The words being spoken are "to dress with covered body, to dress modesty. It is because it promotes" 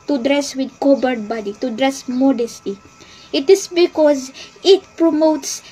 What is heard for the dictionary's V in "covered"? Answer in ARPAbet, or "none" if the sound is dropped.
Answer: B